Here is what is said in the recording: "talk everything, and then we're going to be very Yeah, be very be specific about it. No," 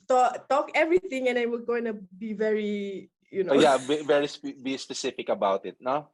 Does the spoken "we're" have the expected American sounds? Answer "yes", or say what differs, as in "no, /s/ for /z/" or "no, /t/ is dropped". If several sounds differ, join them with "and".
no, /l/ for /ɹ/